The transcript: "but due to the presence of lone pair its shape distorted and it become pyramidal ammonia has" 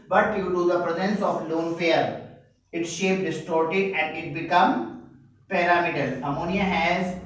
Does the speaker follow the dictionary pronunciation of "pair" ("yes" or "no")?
no